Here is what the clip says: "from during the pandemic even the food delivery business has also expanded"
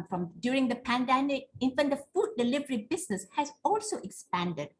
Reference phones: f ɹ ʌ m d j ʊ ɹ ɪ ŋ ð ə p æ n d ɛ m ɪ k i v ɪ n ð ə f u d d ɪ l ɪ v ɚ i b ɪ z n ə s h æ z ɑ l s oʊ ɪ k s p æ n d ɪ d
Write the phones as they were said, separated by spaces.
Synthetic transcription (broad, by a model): f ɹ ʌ m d j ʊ ɹ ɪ ŋ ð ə p æ n d ɛ m ɪ k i f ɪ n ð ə f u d d ɪ l ɪ v ɚ i b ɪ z n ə s h æ z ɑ l s oʊ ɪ k s p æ n d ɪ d